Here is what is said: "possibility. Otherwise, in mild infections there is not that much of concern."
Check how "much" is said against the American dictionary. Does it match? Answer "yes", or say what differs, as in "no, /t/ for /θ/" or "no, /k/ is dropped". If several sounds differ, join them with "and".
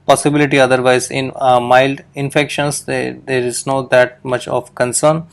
yes